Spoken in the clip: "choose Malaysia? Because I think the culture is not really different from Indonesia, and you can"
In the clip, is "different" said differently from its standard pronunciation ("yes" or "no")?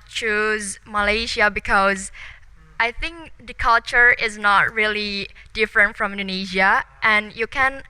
no